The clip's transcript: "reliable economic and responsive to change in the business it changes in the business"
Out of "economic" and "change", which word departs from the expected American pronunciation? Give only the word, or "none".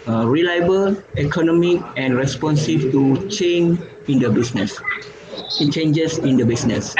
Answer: change